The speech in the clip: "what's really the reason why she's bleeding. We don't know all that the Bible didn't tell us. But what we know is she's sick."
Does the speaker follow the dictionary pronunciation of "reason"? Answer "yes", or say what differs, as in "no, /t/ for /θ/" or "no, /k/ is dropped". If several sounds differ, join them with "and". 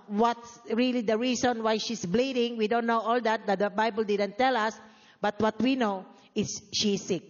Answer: no, /s/ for /z/